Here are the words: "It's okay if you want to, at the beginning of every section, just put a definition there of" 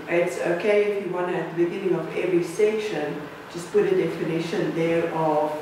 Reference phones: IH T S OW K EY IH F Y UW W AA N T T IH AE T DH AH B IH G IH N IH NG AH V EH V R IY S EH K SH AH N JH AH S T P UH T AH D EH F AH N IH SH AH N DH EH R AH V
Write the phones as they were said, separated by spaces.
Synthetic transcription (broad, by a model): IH T S OW K EY IH F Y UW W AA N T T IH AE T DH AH B IH G IH N IH NG AH V EH V R IY S EH K SH AH N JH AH S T P UH T AH D EH F AH N IH SH AH N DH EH R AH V